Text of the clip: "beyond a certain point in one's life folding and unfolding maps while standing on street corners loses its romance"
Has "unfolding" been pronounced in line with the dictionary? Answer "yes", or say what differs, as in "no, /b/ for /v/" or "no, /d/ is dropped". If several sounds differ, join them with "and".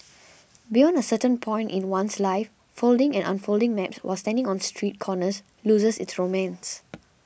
yes